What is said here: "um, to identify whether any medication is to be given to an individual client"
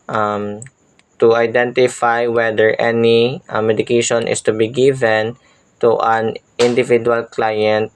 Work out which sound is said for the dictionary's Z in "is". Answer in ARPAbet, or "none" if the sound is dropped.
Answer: S